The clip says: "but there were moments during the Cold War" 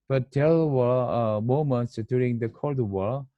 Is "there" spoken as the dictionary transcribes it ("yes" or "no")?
no